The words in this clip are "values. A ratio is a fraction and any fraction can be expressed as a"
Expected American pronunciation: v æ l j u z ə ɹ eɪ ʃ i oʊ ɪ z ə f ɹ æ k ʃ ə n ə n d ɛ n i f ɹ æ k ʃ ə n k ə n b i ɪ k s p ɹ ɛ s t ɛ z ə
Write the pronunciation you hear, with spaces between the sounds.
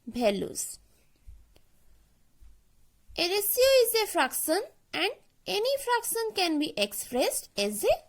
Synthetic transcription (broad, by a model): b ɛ l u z ə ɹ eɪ s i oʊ ɪ z ə f ɹ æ k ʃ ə n ə n d ɛ n i f ɹ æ k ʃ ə n k ə n b i ɪ k s p ɹ ɛ s t ɛ z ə